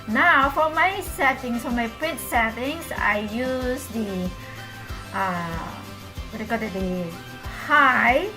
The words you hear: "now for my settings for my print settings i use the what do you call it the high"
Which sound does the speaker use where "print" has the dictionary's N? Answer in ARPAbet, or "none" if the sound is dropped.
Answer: none